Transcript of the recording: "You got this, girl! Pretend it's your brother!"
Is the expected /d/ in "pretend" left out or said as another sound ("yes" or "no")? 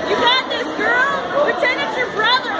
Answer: yes